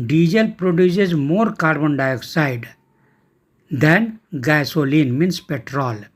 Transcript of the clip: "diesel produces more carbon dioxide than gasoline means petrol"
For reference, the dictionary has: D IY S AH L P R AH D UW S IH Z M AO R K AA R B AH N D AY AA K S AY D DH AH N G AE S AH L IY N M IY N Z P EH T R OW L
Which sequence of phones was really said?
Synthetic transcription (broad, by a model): D IY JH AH L P R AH D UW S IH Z M AO R K AA R B AH N D AY AA K S AY D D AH N G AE S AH L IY N M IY N S P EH T R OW L